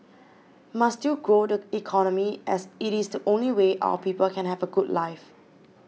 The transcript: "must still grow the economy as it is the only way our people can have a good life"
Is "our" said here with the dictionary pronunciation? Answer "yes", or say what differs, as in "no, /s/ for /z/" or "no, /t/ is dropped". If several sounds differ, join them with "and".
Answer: no, /w/ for /ɹ/